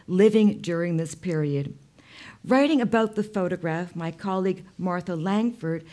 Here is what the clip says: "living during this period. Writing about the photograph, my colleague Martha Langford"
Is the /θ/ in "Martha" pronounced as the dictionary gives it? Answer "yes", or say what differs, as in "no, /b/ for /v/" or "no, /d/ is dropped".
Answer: yes